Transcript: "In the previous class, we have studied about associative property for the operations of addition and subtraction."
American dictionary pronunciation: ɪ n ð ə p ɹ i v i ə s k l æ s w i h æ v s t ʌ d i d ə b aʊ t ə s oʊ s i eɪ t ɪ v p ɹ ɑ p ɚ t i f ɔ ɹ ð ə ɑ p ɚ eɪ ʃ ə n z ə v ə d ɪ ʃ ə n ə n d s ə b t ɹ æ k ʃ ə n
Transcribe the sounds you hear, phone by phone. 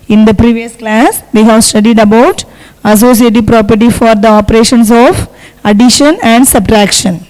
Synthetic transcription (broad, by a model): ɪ n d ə p ɹ i v i ə s k l æ s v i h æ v s t ʌ d i d ə b aʊ t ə s oʊ s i eɪ t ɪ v p ɹ ɑ p ɚ t i f ɔ ɹ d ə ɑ p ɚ eɪ ʃ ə n s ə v ə d ɪ ʃ ə n ə n d s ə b t ɹ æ k ʃ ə n